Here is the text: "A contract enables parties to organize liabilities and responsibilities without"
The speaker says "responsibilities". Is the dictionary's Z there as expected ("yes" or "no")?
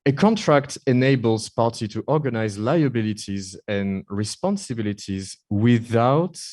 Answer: yes